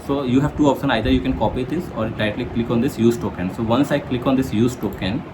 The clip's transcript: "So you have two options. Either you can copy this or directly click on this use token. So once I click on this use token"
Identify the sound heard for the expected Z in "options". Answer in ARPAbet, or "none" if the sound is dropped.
none